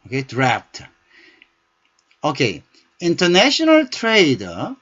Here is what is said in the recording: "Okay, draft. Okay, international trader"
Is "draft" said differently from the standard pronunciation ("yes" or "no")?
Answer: yes